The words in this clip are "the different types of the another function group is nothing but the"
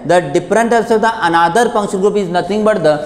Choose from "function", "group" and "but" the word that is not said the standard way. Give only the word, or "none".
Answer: function